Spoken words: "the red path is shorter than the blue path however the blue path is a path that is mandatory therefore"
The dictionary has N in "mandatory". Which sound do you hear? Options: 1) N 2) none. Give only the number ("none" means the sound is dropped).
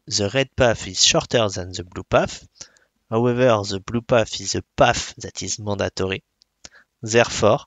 2